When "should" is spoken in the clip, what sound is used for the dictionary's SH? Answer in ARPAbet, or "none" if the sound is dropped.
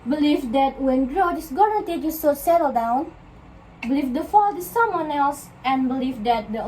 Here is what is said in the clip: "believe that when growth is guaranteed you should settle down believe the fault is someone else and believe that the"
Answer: S